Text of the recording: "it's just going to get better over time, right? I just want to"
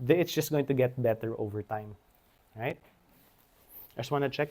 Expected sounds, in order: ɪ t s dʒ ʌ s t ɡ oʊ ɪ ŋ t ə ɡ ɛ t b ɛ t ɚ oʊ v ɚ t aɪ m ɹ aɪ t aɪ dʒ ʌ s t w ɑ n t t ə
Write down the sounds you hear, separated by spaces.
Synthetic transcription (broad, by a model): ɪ t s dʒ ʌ s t ɡ oʊ ɪ ŋ t ə ɡ ɛ t b ɛ t ɚ oʊ v ɚ t aɪ m ɹ aɪ t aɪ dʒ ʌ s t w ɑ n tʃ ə